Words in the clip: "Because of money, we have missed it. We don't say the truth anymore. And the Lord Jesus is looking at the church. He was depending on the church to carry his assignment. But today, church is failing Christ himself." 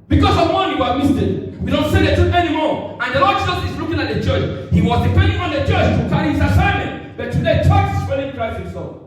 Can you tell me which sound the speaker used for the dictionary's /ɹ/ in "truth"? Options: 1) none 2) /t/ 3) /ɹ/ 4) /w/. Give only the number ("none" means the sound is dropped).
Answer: 1